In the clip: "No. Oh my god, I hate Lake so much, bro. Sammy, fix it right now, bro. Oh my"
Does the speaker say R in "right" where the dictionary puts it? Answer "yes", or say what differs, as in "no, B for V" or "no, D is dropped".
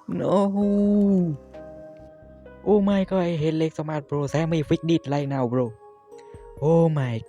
no, L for R